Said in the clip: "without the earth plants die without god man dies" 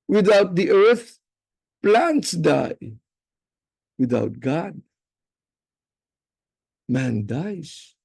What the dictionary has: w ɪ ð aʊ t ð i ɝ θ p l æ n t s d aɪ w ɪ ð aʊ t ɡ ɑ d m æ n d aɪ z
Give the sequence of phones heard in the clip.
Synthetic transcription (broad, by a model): w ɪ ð aʊ t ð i ɝ θ p l æ n t s d aɪ w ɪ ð aʊ t ɡ ɑ d m æ n d aɪ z